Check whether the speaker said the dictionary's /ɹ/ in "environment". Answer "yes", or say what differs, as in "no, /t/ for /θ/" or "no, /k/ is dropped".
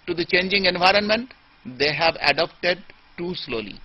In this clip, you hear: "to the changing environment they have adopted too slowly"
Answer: yes